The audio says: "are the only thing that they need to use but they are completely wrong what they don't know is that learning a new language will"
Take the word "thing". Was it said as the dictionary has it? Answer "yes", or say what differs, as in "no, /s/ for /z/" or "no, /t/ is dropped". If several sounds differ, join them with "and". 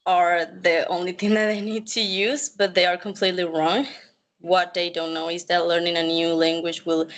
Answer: yes